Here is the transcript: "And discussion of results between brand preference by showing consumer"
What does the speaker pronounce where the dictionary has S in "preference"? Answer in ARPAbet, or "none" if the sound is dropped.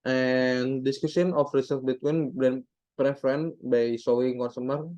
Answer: none